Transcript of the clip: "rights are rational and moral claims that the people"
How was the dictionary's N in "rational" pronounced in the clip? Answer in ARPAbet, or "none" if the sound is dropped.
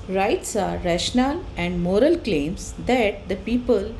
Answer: N